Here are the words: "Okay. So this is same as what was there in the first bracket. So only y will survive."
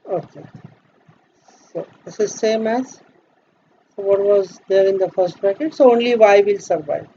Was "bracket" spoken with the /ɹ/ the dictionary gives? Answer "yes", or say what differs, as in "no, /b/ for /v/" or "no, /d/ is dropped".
no, /ɹ/ is dropped